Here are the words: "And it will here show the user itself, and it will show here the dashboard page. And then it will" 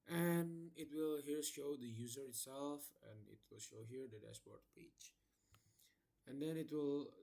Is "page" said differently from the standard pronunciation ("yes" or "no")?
yes